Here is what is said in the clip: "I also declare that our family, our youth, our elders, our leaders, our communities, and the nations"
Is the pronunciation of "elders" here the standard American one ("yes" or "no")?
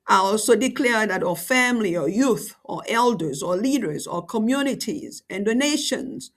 yes